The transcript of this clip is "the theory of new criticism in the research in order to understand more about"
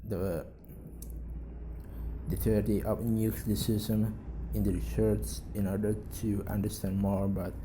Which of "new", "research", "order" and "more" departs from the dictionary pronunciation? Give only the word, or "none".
research